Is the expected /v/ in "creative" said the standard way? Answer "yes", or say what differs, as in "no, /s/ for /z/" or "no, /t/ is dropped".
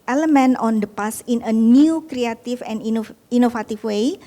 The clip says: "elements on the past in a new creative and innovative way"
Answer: no, /f/ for /v/